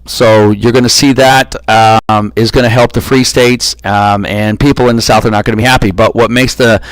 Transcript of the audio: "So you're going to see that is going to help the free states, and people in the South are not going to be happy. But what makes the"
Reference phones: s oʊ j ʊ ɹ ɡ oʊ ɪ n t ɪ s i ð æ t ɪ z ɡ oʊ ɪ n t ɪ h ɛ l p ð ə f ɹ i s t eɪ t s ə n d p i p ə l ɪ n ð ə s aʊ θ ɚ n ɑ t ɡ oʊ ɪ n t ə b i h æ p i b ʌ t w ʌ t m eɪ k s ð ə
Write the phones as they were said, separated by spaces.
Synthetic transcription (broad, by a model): s oʊ j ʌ ɹ ɡ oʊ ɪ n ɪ s i ð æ t ɪ z ɡ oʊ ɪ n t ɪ h ɛ l p ð ə f ɹ i s t eɪ t s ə n p i p l ɪ n ð ə s aʊ θ ɚ n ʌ t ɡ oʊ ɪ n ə b i h æ p i b ʌ t w ʌ t m eɪ k s ð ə